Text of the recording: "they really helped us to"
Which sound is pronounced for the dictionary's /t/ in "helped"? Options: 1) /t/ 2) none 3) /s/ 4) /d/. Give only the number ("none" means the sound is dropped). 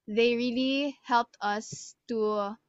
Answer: 1